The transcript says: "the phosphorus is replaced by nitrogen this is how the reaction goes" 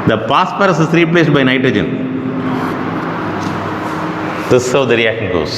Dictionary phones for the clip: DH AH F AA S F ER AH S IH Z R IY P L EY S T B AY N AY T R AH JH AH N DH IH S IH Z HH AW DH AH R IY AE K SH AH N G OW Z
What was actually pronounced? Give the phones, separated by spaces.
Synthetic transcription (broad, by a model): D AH P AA S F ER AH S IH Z R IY P L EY S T B AY N AY T R AH JH AH N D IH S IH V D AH R IY AE K SH AH N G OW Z